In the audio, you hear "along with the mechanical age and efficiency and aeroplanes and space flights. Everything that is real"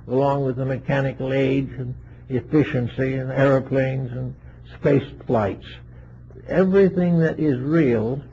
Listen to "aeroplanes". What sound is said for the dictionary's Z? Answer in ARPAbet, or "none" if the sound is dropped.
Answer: Z